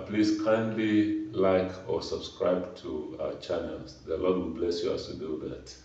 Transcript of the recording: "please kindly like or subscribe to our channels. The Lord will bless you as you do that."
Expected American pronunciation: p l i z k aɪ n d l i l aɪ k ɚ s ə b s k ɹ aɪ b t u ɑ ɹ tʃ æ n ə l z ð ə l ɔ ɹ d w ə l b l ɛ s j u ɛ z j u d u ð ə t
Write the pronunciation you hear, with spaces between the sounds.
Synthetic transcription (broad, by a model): p l i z k aɪ n d l i l aɪ k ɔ s ə b s k ɹ aɪ b t u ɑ tʃ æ n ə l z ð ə l ɔ d w ə l b l ɛ s j u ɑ s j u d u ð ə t